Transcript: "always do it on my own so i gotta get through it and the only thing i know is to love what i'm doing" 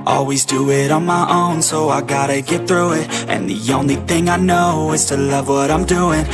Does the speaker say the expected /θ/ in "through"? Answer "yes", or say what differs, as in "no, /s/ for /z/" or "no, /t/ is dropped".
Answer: yes